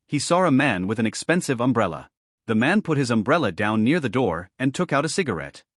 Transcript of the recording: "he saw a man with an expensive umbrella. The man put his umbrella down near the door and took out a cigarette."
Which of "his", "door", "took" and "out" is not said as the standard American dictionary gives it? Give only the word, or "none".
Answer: none